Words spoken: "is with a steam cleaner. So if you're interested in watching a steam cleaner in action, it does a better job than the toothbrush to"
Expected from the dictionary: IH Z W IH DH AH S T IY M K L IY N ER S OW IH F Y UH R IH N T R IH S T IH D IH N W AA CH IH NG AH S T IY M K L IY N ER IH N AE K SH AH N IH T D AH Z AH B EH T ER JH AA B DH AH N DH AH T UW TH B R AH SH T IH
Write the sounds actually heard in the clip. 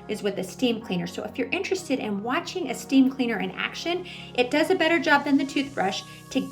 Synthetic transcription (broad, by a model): IH Z W IH DH AH S T IY M K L IY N ER S OW IH F Y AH R IH N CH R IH S T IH D IH N W AA CH IH NG AH S T IY M K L IY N ER IH N AE K SH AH N IH T D AH Z AH B EH T ER JH AA B DH AH N DH AH T UW TH B R AH SH T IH